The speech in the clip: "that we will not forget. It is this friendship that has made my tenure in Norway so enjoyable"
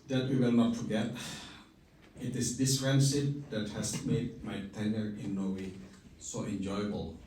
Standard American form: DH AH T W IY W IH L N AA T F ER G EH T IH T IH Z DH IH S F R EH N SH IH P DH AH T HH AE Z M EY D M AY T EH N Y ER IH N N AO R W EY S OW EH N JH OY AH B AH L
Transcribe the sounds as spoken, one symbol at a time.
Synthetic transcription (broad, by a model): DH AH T W IY W IH L N AA T F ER G EH T IH T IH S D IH S R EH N S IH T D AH T HH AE S M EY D M AY T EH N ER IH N N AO W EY S OW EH N JH OY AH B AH L